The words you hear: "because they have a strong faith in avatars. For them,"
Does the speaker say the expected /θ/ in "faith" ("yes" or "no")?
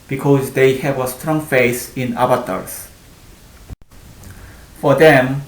no